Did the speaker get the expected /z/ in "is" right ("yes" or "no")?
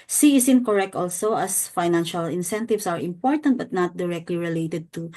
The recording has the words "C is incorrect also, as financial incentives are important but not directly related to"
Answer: no